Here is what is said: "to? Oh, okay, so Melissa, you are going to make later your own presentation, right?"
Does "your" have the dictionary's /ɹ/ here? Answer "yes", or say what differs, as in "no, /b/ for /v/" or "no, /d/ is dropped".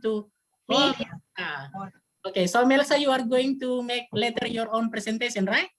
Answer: yes